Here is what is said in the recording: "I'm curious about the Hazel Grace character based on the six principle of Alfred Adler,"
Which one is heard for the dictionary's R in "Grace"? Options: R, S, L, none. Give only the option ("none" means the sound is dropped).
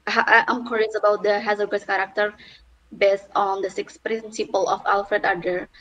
none